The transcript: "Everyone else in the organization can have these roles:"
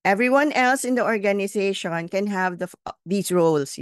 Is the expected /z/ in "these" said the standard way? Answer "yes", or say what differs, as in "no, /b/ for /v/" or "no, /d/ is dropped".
no, /s/ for /z/